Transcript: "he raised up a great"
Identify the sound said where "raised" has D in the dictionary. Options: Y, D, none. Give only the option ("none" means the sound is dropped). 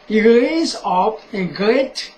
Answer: none